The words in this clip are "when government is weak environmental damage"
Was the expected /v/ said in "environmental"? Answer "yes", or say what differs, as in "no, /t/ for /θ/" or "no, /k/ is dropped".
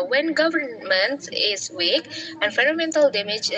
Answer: no, /f/ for /v/